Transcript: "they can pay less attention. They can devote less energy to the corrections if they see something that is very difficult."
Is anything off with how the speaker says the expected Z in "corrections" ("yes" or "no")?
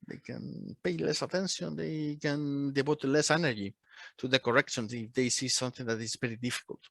yes